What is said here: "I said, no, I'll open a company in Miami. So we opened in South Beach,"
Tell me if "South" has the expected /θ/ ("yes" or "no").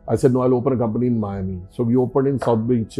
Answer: no